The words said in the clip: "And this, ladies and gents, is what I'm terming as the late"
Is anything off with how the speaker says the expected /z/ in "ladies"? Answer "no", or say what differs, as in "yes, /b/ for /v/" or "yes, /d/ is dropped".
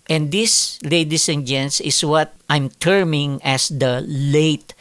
yes, /s/ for /z/